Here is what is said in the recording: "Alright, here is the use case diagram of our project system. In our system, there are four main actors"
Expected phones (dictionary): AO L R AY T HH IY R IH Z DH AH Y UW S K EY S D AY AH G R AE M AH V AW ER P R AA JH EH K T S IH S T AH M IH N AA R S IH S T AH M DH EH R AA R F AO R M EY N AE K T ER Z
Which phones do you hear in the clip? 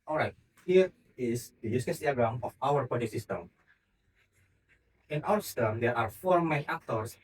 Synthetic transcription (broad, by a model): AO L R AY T HH IY R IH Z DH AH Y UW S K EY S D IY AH G R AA M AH F AW ER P AA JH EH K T S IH S T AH M IH N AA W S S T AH M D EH R AA R F AO R M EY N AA K T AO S